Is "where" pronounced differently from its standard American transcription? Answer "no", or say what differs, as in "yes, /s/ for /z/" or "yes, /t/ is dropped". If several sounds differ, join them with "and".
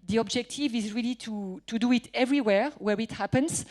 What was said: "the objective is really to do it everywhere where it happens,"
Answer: no